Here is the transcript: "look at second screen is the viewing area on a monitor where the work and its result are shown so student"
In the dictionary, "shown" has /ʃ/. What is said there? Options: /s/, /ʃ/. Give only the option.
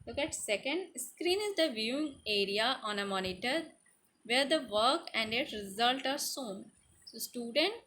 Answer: /s/